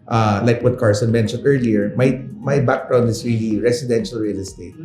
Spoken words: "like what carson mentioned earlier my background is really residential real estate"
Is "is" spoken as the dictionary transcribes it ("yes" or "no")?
no